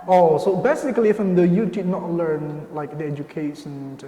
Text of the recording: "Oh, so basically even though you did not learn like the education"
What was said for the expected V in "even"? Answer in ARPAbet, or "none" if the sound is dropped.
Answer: F